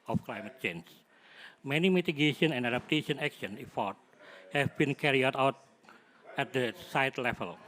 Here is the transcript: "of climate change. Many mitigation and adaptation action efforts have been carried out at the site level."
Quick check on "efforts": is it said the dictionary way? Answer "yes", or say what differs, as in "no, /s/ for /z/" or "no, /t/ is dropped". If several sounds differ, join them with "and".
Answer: no, /s/ is dropped